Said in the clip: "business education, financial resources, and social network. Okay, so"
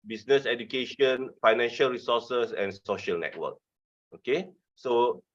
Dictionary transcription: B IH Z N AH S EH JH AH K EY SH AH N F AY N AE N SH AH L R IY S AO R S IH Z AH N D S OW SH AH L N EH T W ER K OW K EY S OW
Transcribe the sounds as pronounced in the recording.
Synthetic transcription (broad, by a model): B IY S N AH S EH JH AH K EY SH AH N F AY N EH N SH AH L R IY S AO S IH S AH N S OW SH AH L N EH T W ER K OW K EY S OW